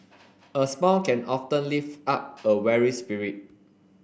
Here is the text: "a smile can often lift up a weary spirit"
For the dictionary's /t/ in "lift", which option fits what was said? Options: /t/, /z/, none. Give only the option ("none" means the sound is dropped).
none